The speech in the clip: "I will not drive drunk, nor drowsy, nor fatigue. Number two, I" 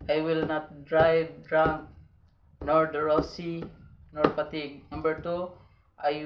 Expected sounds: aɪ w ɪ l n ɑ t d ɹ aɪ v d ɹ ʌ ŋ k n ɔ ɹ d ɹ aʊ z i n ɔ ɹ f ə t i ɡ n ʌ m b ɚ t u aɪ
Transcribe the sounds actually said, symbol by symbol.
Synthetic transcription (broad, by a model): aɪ w ɪ l n ɑ t d ɹ aɪ v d ɹ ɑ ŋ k n ɔ ɹ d ɹ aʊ s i n ɔ ɹ p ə t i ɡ n ʌ m b ɚ t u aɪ